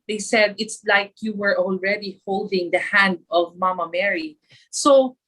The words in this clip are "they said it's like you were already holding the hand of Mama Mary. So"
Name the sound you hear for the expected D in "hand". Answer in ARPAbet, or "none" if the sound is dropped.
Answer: D